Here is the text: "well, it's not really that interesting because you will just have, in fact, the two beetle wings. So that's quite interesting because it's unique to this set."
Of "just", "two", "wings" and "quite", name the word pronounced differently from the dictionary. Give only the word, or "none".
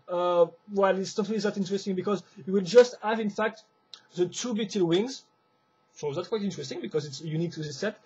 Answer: none